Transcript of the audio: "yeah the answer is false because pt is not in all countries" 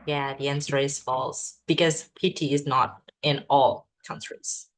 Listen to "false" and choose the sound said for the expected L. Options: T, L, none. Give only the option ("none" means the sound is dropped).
L